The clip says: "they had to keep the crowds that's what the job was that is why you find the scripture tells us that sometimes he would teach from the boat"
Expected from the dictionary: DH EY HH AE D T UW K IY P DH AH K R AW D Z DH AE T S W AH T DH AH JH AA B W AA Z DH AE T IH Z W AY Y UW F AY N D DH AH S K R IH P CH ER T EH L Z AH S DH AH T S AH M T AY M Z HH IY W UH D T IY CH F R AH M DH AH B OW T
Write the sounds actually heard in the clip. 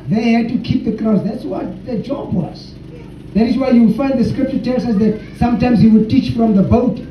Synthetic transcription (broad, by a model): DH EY HH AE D T UW K IY P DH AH K R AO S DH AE T S W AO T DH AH JH AA B W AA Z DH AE T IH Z W AY Y UW F AY N D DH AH S K R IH P CH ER T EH L S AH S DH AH T S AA M T AY M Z HH IY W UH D T IY CH F R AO M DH AH B OW T